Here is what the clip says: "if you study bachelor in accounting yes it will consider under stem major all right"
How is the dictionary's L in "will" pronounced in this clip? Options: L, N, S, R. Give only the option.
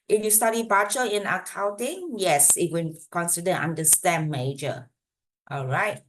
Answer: N